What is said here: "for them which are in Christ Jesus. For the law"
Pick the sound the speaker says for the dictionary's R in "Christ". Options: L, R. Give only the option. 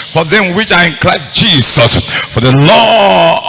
L